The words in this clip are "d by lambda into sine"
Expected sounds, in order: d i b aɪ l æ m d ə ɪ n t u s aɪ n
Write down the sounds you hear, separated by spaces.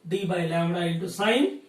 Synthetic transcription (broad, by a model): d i b aɪ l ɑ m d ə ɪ t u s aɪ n